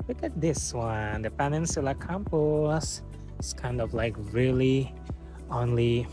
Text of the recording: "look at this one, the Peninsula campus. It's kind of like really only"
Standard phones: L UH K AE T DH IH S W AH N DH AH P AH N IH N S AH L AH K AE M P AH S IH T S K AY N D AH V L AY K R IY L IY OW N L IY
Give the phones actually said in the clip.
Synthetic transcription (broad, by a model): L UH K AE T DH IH S W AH N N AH P AH N IH N S AH L AH K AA M P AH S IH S K AY N D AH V L AY K R IY L IY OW N L IY